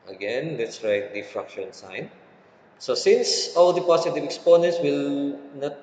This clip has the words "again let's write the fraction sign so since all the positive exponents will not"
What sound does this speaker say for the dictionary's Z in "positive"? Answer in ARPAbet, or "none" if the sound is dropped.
S